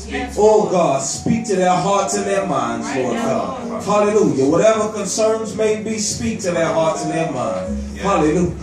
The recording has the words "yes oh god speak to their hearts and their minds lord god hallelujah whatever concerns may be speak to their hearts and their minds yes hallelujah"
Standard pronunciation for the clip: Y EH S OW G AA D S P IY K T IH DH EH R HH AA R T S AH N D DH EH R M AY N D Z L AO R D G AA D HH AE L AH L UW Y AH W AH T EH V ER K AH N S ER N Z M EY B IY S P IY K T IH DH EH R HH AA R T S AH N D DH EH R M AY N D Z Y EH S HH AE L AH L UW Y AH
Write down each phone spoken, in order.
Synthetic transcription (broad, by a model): OW G AA D S P IY K T IH DH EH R HH AA R T S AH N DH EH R M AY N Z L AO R G AA D HH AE L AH L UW Y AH W AH T EH V ER K AH N S ER N Z M EY B IY S P IY K T IH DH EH HH AA R T S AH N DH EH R M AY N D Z HH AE L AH L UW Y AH